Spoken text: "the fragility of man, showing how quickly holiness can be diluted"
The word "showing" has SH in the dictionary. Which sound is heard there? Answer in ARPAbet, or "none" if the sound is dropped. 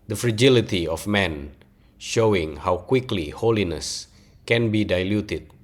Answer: SH